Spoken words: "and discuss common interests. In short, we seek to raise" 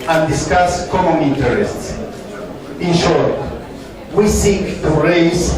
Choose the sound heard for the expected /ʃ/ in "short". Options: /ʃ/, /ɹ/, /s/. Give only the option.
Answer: /ʃ/